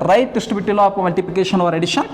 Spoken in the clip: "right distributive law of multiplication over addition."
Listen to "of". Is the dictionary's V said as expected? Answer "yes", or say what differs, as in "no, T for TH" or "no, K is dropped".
no, P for V